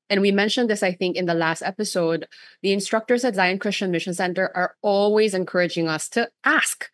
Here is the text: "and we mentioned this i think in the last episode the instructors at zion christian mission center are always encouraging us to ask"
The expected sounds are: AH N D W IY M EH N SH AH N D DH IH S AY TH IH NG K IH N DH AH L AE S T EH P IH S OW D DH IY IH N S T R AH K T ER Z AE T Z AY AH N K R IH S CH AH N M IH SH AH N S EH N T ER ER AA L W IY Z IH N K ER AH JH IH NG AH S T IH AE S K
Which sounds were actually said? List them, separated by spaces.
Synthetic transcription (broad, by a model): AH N W IY M EH N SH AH N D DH IH S AY TH IH NG K IH N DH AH L AE S T EH P IH S OW D DH IY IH N S T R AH K T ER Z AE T Z AY AH N K R IH S CH AH N M IH SH AH N S EH N T ER ER AA L W IY Z IH N K ER AH JH IH NG AH S T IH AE S K